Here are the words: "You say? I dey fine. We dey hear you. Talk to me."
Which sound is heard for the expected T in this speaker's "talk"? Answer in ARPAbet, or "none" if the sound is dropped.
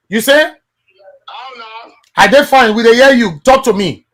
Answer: T